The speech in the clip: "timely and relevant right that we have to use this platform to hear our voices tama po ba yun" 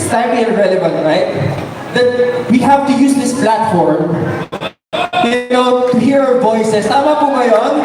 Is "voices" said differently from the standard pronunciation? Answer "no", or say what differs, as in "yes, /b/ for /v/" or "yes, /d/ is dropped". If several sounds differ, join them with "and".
yes, /s/ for /z/